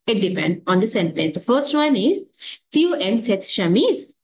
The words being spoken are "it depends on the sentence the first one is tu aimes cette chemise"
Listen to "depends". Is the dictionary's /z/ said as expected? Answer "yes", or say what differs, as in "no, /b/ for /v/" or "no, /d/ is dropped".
no, /z/ is dropped